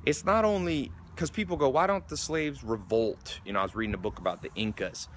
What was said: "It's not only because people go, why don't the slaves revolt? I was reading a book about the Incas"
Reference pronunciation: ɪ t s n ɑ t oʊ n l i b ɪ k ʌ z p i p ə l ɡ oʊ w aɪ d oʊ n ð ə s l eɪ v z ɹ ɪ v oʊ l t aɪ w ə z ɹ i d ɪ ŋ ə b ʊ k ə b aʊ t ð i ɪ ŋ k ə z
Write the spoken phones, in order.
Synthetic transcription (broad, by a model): ɪ t s n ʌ t oʊ n l i k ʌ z p i p l ɡ oʊ w aɪ d oʊ n ð ə s l eɪ v z ɹ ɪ v oʊ l t aɪ w ə z ɹ i d ɪ ŋ ə b ʊ k ə b aʊ t ð i ɪ ŋ k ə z